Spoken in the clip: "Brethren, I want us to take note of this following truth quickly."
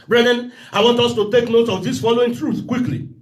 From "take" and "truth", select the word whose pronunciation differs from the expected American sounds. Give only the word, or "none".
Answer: none